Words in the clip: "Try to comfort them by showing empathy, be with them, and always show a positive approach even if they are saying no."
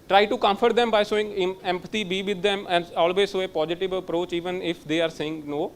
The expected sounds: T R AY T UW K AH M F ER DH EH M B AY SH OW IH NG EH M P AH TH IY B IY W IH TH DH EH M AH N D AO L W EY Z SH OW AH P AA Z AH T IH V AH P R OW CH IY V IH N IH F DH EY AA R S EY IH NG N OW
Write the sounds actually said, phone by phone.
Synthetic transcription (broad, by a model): T R AY T UW K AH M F ER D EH M B AY S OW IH NG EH M P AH T IY B IY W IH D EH M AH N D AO L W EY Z S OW AH P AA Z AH T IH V AH P R OW CH IY V IH N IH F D EY AA R S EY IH NG N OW